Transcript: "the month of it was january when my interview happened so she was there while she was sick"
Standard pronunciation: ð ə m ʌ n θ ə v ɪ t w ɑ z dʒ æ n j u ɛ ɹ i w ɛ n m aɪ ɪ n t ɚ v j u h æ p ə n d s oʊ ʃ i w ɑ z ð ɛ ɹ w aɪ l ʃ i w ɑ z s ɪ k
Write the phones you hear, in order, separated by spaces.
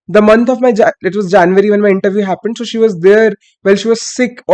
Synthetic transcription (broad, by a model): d ə m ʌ n t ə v ɪ t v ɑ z dʒ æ n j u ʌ ɹ i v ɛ n m aɪ ɪ n t ɚ v j u h æ p ə n d s oʊ ʃ i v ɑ z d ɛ ɹ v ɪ l ʃ i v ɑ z s ɪ k